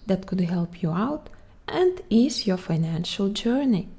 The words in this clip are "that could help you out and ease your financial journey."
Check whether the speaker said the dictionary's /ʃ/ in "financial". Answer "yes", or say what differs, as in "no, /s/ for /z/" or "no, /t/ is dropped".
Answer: yes